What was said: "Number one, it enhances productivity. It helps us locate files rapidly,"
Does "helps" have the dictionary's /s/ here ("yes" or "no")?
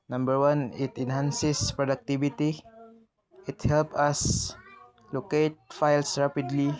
no